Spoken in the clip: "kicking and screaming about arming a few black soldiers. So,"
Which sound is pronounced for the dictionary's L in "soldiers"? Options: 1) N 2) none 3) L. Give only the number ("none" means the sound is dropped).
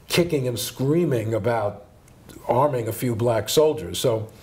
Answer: 3